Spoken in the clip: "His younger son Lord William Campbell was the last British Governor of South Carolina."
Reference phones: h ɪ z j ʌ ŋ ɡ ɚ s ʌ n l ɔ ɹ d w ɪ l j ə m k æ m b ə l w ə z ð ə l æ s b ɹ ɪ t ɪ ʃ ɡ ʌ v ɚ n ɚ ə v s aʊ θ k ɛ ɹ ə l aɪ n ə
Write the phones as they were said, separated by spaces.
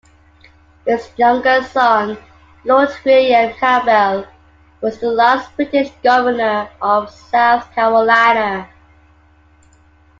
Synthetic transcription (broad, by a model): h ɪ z j ʌ ŋ ɡ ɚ s ʌ n l ɔ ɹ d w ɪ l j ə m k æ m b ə l w ə z ð ə l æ s b ɹ ɪ t ɪ ʃ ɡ ʌ v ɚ n ɚ ə v s aʊ θ k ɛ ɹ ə l aɪ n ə